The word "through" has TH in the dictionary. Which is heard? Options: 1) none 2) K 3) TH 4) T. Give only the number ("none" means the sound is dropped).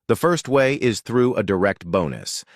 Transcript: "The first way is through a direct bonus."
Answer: 3